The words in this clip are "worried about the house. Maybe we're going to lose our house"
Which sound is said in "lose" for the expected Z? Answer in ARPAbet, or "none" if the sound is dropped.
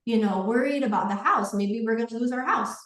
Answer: Z